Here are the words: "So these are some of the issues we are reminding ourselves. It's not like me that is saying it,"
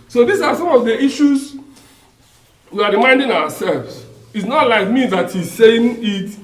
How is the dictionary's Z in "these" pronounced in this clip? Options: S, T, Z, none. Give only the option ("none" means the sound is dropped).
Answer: S